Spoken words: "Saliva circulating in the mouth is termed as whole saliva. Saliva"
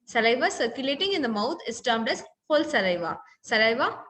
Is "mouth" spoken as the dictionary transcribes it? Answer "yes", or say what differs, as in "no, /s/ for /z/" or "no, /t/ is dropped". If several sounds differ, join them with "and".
no, /t/ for /θ/